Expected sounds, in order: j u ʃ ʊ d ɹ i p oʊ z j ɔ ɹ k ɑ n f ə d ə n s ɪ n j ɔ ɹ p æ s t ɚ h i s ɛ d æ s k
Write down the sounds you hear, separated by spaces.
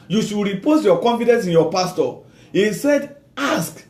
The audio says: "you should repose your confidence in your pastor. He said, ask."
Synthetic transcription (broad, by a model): j u ʃ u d ɹ i p oʊ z j ɔ k ɑ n f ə d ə n s ɪ n j ɔ p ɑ s t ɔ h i s ɛ d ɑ s k